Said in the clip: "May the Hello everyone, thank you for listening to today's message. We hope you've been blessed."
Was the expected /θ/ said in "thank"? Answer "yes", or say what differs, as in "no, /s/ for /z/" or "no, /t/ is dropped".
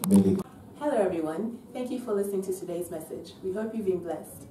yes